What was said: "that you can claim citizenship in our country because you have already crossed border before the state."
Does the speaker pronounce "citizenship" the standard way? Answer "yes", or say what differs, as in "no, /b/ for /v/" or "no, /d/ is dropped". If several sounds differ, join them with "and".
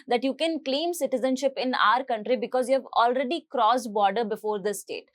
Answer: yes